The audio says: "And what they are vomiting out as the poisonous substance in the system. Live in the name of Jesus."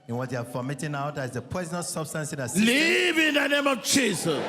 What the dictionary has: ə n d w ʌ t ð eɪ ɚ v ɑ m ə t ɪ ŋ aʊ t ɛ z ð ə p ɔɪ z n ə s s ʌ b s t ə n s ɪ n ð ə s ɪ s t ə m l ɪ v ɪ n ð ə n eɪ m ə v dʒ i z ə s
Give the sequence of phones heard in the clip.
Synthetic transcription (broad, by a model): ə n w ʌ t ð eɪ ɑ f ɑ m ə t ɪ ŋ aʊ t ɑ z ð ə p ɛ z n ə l s ʌ b s t ə n s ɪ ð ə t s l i v ɪ n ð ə n eɪ m ə v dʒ i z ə s